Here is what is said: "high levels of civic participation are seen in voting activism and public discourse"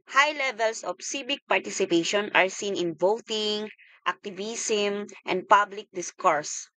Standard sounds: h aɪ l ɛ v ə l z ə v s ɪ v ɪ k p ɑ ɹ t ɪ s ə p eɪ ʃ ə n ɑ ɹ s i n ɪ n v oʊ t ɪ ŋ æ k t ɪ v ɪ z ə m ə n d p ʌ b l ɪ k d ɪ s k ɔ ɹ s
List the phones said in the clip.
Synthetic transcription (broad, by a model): h aɪ l ɛ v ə l s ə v s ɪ b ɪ k p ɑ ɹ t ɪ s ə p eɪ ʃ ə n ɑ ɹ s i n ɪ n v oʊ t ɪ ŋ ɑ k t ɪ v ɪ s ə m ə n d p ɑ b l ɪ k d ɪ s k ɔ ɹ s